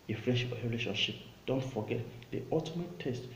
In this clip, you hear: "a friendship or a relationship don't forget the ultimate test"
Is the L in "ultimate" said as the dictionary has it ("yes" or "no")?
no